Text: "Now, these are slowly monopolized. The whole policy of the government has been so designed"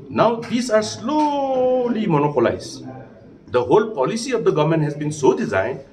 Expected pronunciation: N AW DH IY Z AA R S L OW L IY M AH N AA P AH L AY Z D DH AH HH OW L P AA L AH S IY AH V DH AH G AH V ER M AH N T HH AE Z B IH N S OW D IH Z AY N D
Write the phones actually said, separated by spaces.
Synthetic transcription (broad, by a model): N AW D IY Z AA R S L OW L IY M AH N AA P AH L AY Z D AH HH OW L P AA L AH S IY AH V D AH G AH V M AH N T HH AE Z B IH N S OW D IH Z AY N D